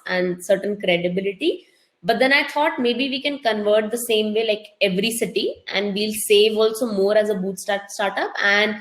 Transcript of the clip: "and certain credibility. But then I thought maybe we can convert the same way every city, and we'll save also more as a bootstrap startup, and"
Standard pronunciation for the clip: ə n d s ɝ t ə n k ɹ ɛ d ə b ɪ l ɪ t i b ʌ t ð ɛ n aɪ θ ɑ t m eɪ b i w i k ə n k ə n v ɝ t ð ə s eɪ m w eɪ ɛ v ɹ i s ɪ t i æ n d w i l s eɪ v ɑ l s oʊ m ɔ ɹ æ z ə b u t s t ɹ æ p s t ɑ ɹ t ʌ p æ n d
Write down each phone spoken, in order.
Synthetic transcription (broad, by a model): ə n d s ɝ t ə n k ɹ ɛ d ə b ɪ l ɪ t i b ʌ t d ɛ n aɪ t ɑ t m eɪ b i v i k ə n k ə n v ɝ t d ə s eɪ m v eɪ ɛ v ɹ i s ɪ t i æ n d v i l s eɪ v ɑ l s oʊ m ɔ ɹ æ z ə b u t s t ɑ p s t ɑ ɹ t ʌ p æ n d